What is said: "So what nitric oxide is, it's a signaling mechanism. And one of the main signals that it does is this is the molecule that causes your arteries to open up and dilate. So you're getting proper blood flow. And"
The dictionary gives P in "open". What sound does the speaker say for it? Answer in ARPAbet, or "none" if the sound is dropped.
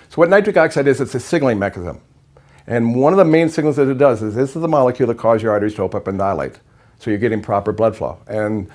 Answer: none